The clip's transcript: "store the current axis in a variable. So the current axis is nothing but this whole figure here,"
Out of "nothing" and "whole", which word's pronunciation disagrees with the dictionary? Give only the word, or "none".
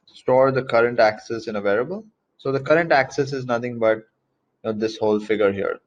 nothing